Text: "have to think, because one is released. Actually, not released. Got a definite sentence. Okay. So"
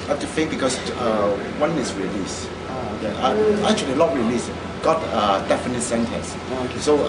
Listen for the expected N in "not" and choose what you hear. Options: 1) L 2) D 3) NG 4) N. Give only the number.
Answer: 1